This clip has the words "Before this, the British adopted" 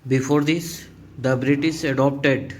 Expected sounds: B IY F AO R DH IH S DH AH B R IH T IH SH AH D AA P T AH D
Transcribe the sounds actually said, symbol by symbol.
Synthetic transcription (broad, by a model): B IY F AO R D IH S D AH B R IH T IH S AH D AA P T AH D